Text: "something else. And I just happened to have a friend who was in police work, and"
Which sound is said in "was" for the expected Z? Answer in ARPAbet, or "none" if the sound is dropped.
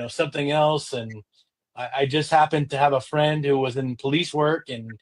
Z